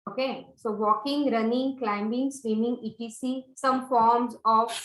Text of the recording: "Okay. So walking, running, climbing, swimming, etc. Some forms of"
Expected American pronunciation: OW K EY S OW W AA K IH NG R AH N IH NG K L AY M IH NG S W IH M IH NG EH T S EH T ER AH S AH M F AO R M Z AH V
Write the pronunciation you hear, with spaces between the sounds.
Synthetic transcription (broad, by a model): OW K EY S OW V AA K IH NG R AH N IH NG K L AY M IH NG S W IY M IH NG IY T IY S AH S AH M F AO R M Z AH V